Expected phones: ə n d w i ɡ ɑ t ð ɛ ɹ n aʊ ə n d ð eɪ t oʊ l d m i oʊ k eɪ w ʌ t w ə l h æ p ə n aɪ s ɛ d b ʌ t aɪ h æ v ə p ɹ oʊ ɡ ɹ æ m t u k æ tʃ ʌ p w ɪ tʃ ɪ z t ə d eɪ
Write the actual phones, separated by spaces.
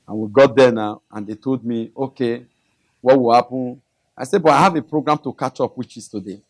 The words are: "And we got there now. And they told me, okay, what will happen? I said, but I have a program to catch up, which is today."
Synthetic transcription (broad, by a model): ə n w i ɡ ɑ t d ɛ n aʊ ə n d eɪ t oʊ l d m i oʊ k eɪ w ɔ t w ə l h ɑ p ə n aɪ s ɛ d b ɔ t aɪ h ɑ v ə p ɹ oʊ ɡ ɹ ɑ m t u k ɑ tʃ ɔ p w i tʃ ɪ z t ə d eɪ